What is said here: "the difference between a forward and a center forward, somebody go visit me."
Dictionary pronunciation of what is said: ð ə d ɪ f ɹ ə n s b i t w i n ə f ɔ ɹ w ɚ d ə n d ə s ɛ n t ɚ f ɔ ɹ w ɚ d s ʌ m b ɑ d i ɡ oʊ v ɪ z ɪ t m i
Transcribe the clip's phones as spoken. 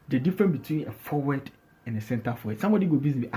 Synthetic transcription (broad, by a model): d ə d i f ɹ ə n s b i t w i n ə f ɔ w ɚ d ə n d ə s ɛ n t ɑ f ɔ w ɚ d s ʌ m b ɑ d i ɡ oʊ b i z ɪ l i